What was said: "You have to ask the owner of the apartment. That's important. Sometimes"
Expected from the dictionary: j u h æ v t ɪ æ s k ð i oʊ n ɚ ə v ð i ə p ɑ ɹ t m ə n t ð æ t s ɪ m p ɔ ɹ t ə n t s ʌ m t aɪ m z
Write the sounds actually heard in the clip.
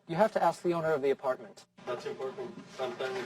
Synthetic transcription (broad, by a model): j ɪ h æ f t ɪ æ s k ð i oʊ n ɚ ə v ð i ə p ɑ ɹ t m ə n t ð æ t s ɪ m p ɔ ɹ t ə n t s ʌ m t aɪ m